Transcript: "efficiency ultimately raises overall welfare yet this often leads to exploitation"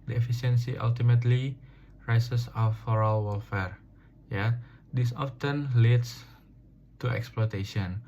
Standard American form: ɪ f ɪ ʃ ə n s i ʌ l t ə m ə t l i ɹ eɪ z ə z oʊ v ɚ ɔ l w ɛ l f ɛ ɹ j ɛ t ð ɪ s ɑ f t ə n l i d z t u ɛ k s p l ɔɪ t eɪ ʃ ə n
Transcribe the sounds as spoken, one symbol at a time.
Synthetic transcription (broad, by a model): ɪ f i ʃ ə n s i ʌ l t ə m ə t l i ɹ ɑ s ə s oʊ f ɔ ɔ l w ɛ l f ɛ ɹ j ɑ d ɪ s ɑ f t ə n l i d s t u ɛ k s p l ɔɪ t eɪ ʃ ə n